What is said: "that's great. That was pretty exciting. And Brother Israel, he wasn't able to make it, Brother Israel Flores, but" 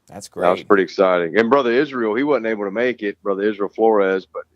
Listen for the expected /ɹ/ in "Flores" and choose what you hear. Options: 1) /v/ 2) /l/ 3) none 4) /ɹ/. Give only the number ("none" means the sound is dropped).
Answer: 4